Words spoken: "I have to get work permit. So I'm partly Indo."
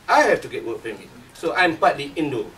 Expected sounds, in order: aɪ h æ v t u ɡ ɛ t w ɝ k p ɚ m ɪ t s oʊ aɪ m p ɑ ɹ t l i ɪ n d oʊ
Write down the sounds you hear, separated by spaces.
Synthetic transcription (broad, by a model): aɪ h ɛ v t u ɡ ɛ t w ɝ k f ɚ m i s oʊ aɪ m p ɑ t l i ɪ n d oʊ